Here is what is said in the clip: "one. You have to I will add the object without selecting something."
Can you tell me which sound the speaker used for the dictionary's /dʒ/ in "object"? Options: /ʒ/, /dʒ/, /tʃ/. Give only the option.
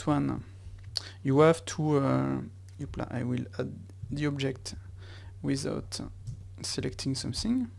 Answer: /dʒ/